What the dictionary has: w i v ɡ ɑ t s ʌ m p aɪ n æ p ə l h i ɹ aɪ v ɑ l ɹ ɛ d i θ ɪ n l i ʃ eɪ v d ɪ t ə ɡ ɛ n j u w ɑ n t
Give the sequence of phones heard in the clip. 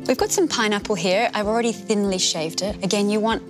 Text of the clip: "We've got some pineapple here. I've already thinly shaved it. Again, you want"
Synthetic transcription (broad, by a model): w i v ɡ ɑ t s ʌ m p aɪ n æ p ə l h i ɹ aɪ v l ɹ ɛ d i θ ɪ n l i ʃ eɪ v d ɪ t ə ɡ ɛ n j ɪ w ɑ n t